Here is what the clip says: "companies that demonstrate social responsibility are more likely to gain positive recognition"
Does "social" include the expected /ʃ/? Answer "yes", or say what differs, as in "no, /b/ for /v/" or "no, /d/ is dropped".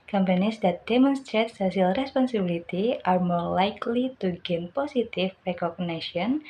no, /s/ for /ʃ/